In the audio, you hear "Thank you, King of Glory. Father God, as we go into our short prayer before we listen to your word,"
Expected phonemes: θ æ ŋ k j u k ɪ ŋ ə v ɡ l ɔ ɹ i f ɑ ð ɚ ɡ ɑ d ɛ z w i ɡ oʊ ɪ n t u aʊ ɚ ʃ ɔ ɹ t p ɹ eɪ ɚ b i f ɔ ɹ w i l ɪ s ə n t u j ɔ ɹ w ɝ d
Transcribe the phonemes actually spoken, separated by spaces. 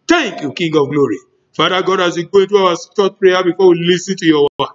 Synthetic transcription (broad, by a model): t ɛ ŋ k j u k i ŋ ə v ɡ l ɔ ɹ i f ɑ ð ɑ ɡ ɑ d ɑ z w i ɡ oʊ ɪ n t u aʊ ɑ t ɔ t p ɹ eɪ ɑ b i f ɔ w i l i s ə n t u j ɔ w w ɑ